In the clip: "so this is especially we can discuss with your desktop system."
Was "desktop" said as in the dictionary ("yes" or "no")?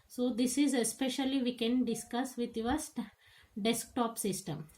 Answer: yes